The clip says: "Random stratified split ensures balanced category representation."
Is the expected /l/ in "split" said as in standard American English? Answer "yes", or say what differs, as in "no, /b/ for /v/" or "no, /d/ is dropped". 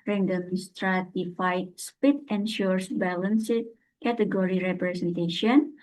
no, /l/ is dropped